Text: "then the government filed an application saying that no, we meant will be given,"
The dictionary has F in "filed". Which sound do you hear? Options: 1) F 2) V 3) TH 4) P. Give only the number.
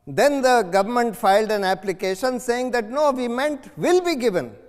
1